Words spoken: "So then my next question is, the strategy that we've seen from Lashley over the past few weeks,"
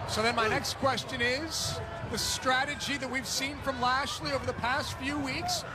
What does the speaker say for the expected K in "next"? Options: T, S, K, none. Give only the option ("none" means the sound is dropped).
K